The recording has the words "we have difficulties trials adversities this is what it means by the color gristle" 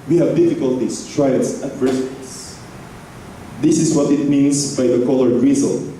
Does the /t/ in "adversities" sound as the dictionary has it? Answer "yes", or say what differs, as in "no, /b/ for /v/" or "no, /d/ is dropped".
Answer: no, /s/ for /t/